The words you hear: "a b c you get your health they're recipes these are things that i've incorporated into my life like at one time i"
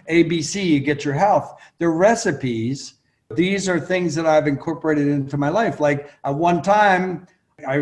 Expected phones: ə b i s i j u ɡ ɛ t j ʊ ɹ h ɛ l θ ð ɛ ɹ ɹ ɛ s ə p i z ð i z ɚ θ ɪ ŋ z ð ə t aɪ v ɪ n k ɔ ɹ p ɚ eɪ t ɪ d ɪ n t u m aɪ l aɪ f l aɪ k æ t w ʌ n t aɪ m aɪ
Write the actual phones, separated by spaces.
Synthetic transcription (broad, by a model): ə b i s i j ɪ ɡ ɛ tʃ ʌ ɹ h ɛ l θ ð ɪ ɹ ɹ ɛ s ə p i z ð i z ɚ θ ɪ ŋ z ð ə t aɪ v ɪ n k ɔ ɹ p ɚ eɪ t ɪ d ɪ n t u m aɪ l aɪ f l aɪ k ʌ t w ʌ n t aɪ m aɪ